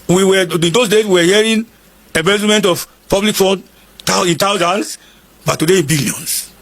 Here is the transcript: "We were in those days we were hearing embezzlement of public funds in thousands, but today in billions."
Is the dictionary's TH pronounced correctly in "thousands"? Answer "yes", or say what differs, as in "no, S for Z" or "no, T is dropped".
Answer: no, T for TH